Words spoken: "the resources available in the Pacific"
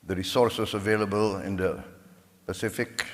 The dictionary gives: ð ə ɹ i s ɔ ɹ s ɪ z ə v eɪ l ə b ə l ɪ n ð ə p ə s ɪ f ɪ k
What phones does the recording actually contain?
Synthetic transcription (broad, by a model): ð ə ɹ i s ɔ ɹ s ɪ s ə v eɪ l ə b ə l ɪ n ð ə p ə s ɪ f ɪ k